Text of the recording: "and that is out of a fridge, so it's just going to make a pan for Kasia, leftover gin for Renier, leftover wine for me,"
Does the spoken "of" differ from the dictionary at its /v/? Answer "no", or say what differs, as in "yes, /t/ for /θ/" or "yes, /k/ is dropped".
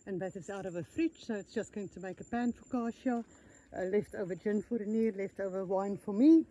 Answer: no